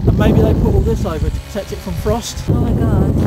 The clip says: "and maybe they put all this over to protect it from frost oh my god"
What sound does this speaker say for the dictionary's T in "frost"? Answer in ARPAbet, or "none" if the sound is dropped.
T